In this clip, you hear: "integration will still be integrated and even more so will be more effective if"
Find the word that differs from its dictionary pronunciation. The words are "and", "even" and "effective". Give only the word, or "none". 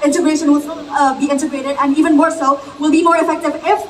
none